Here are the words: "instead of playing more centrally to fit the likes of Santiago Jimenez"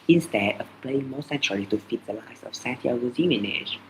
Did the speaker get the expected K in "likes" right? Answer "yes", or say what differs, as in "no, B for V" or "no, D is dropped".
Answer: no, K is dropped